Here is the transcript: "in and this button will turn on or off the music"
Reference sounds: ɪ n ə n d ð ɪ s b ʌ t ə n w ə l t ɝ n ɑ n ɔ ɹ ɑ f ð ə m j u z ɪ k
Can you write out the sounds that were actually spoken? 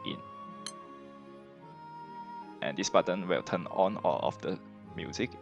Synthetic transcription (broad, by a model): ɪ n ə n d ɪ s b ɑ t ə n w ə l t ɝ n ɑ n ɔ l ɑ f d ə m j u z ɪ k